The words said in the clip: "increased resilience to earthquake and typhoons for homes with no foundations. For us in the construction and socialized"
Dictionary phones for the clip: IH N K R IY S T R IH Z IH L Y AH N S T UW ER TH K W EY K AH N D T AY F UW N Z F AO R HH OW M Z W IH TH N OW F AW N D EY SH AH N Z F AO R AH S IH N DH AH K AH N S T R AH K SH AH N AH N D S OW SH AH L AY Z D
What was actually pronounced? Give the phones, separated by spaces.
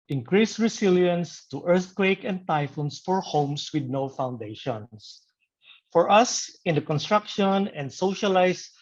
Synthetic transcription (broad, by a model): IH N K R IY S R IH S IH L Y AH N S T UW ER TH K W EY K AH N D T AY F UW N S F AO R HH OW M S W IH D N OW F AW N D EY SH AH N S F AO R AH S IH N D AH K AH N S T R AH K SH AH N AH N D S OW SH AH L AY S